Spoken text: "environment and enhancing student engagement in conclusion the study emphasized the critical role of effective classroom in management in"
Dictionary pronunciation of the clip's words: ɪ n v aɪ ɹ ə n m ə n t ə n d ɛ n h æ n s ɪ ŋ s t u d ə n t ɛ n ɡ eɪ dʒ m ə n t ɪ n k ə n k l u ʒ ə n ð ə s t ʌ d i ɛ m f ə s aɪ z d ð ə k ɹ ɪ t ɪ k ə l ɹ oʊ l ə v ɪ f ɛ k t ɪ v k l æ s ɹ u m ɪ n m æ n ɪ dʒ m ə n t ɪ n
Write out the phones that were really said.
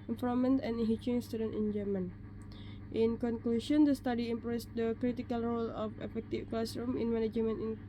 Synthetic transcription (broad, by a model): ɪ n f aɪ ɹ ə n m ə n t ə n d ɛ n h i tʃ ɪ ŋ s t u d ə n t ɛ n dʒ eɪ m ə n t ɪ n k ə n k l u ʃ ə n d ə s t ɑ d i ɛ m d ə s d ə k ɹ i t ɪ k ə l ɹ oʊ l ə f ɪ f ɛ k t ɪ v k l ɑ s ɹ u m ɪ n m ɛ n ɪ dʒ m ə n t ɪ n